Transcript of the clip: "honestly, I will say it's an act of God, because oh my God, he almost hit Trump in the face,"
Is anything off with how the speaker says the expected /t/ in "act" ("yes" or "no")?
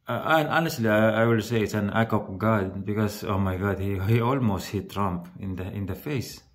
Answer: yes